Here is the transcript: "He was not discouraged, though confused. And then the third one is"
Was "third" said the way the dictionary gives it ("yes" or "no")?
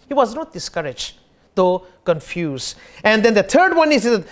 no